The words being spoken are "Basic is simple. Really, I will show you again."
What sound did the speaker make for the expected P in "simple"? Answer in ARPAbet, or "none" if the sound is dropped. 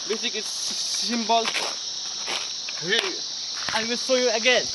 B